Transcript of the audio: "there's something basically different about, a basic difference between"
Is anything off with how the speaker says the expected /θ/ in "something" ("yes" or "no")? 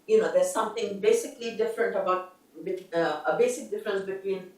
yes